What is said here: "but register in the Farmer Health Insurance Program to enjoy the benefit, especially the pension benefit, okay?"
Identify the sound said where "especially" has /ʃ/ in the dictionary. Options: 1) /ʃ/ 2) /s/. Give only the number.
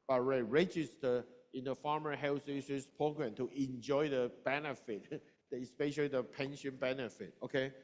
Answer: 1